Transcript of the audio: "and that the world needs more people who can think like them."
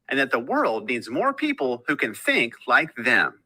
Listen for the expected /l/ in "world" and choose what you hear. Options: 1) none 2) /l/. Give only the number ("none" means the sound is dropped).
2